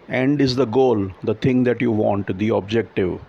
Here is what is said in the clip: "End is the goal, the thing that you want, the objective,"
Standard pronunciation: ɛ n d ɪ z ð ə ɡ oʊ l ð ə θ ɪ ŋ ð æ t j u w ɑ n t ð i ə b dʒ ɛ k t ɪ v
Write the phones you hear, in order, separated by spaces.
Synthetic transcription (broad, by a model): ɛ n d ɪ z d ə ɡ oʊ l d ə t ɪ ŋ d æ t j u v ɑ n t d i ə b dʒ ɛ k t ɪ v